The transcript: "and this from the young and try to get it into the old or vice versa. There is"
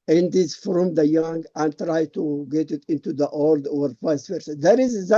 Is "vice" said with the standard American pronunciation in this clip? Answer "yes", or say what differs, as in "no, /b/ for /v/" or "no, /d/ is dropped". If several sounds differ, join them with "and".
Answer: no, /p/ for /v/